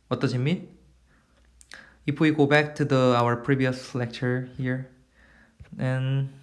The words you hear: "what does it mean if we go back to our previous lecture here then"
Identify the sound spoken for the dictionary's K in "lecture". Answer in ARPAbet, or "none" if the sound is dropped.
K